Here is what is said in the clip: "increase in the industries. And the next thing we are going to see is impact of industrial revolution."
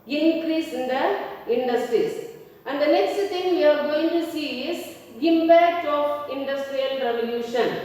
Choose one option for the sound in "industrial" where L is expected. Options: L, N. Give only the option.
L